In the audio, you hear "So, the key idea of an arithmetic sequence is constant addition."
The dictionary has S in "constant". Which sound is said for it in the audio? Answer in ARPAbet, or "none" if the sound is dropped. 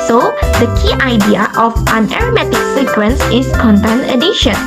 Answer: none